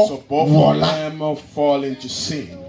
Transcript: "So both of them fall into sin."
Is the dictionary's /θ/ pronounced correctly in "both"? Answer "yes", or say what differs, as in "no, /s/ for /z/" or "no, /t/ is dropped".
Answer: no, /f/ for /θ/